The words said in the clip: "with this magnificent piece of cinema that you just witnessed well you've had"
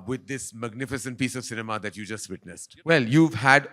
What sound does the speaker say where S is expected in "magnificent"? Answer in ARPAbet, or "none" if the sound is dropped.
S